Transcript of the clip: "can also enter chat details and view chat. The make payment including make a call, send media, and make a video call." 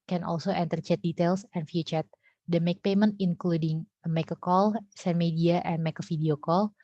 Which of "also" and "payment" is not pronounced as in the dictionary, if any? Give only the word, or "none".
none